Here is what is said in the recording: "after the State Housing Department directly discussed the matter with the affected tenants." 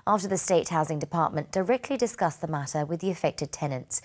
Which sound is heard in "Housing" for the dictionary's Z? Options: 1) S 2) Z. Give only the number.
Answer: 2